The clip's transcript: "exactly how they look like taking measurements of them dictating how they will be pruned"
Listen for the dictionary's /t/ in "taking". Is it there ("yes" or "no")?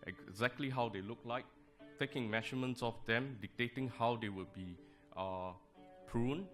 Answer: yes